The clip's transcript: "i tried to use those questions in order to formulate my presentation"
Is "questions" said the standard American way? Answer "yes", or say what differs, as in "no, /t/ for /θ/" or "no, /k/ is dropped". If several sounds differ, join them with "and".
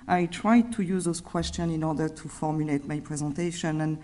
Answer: no, /z/ is dropped